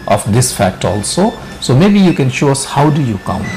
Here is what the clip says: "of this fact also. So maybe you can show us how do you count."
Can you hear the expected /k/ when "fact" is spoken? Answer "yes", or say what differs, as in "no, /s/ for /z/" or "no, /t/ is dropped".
yes